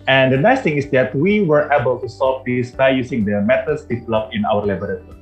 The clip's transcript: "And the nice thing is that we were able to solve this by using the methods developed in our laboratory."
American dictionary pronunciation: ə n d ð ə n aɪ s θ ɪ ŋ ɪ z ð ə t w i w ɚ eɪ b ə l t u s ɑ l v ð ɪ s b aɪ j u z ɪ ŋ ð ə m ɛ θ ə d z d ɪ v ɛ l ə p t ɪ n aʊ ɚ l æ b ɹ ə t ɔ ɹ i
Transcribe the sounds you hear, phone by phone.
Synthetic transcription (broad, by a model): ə n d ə n aɪ s t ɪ ŋ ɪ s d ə t w i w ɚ eɪ b ə l t u s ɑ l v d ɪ s b aɪ j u s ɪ ŋ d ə m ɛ t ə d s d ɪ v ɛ l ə p ɪ n aʊ ɚ l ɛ b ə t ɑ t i